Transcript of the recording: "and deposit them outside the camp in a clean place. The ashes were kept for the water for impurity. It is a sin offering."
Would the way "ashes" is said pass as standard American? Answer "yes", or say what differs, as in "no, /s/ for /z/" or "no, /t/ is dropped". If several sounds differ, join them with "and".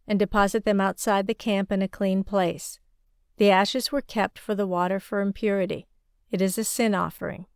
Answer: yes